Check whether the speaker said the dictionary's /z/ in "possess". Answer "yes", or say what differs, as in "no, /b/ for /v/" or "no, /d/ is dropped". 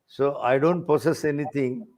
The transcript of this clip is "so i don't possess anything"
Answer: no, /s/ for /z/